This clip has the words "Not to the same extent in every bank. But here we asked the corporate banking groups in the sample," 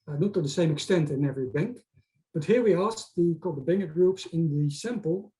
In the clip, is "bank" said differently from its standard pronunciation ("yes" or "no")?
no